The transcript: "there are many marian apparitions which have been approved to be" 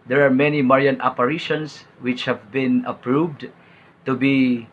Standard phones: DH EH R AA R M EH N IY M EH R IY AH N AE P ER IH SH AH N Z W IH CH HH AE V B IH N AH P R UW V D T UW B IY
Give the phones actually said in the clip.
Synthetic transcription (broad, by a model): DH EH R AA R M EH N IY M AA R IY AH N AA P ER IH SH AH N S W IH CH HH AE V B IH N AH P R UW V D T UW B IY